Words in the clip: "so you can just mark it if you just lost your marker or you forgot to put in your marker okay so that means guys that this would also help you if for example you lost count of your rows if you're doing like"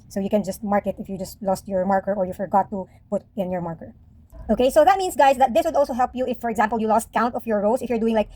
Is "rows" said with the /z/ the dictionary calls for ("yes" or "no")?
no